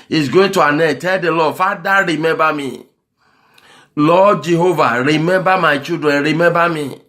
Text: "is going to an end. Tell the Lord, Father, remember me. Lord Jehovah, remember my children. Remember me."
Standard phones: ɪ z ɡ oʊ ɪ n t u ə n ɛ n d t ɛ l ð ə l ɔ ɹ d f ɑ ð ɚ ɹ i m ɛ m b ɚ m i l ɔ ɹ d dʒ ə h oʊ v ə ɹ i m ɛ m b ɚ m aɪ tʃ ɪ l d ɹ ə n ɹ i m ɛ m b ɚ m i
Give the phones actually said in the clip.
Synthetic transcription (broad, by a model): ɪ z ɡ oʊ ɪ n t u ə n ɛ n t ɛ l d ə l ɔ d f ɑ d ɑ ɹ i m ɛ m b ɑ m i l ɔ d dʒ ə h oʊ v ə ɹ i m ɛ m b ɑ m aɪ tʃ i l d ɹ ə n ɹ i m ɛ m b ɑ m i